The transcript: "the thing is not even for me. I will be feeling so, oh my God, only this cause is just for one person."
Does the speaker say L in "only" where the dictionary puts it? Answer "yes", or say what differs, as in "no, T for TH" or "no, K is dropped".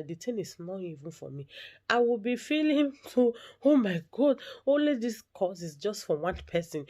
yes